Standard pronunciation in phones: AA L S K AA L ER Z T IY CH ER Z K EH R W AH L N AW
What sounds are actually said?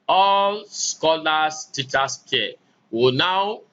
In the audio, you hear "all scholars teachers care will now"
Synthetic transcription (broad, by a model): AA L S K AA L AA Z T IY CH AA S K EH W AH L N AW